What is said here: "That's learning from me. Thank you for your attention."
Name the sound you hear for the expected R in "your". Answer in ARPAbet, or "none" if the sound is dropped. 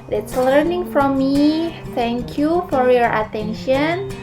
R